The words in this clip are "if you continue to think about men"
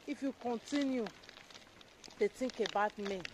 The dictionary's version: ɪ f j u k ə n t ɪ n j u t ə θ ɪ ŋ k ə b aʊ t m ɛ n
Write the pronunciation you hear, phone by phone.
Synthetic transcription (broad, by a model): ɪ f j u k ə n t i n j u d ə t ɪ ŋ k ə b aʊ t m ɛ